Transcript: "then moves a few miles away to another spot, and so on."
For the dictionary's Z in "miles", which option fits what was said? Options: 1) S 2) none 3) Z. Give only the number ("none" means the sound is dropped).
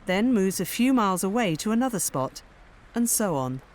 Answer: 3